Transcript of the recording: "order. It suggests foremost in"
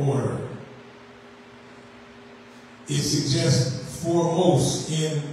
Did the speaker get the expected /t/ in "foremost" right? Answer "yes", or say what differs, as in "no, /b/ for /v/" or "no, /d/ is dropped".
no, /t/ is dropped